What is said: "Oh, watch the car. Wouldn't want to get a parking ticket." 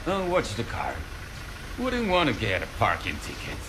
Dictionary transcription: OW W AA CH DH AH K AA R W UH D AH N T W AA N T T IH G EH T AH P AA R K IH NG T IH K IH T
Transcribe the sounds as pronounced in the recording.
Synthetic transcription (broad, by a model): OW W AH S DH AH K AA R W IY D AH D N W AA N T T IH G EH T AH P AA R K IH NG T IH K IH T